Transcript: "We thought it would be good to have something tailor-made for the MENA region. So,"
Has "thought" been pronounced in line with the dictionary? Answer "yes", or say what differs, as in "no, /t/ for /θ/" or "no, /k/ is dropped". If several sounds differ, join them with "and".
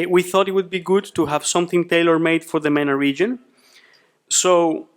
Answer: yes